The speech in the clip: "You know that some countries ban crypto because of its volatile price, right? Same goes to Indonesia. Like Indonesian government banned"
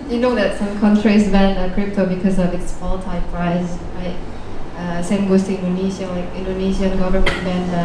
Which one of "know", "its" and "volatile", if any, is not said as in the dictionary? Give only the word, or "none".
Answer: volatile